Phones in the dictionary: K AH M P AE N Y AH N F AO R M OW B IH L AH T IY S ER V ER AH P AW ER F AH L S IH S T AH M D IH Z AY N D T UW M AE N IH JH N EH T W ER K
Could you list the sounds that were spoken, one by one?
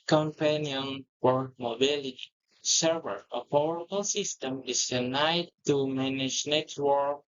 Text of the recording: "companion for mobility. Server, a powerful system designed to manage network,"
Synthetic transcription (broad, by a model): K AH M P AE N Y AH N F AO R M OW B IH L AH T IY S ER V ER AH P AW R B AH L S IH S T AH M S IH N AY D T UW M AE N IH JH N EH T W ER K